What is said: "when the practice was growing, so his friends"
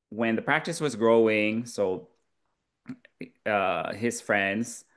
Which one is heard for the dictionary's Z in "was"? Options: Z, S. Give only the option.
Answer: Z